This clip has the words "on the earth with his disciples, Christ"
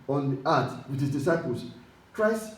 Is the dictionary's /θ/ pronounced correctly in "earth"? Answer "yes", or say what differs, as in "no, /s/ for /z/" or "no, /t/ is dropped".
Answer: no, /t/ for /θ/